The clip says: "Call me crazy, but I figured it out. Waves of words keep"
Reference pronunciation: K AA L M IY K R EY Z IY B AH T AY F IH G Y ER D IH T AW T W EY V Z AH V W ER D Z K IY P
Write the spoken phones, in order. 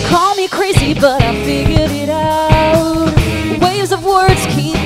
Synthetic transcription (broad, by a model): K AA L M IY K R EY Z IY B AH T AY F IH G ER D IH T AW T W EY V Z AH V W ER D Z K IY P